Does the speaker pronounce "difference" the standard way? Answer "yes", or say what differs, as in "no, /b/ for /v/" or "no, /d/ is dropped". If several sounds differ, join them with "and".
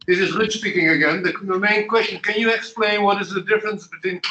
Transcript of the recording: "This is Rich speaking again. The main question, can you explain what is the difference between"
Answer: yes